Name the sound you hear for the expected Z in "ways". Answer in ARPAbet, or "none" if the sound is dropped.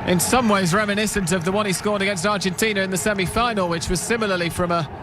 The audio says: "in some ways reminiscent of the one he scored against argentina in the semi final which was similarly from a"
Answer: Z